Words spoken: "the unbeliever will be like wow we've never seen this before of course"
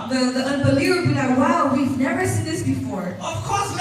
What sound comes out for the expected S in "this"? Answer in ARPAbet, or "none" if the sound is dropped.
S